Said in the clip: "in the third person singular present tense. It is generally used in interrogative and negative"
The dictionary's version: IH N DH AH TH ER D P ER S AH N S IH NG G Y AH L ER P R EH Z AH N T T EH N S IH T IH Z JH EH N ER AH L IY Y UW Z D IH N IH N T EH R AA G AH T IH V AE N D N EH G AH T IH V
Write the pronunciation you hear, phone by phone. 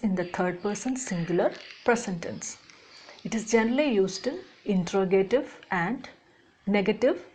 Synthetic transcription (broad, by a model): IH N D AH T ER D P ER S AH N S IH NG G Y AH L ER P R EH S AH N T T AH N S IH T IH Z JH EH N ER AH L IY Y UW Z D IH N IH N T R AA G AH T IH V AE N D N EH G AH T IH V